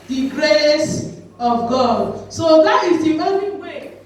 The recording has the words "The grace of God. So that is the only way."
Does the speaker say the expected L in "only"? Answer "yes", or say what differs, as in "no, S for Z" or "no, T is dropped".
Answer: no, L is dropped